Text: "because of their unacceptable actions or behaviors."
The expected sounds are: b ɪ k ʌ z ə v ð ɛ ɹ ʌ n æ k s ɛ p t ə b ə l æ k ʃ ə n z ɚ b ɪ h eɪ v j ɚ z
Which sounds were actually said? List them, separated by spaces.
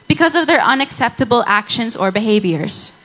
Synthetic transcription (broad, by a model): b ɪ k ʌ z ə v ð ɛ ɹ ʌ n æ k s ɛ p t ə b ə l æ k ʃ ə n z ɚ b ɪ h eɪ v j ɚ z